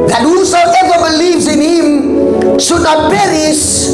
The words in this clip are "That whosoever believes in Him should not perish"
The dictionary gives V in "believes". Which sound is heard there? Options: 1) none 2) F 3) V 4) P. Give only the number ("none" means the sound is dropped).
3